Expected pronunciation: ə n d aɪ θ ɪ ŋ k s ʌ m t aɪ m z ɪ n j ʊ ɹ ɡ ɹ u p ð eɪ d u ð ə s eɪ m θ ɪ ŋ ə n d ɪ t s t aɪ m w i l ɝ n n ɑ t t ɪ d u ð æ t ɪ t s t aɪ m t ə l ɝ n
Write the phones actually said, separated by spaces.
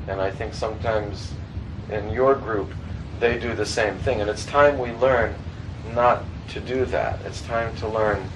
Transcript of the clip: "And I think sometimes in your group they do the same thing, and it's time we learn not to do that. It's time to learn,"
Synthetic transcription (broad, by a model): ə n aɪ θ ɪ ŋ k s ʌ m t aɪ m z ɪ n j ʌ ɹ ɡ ɹ u p ð eɪ d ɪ ð ə s eɪ m θ ɪ ŋ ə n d ɪ t s t aɪ m w i l ɝ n n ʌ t t ɪ d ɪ ð æ t ɪ t s t aɪ m t ə l ɝ n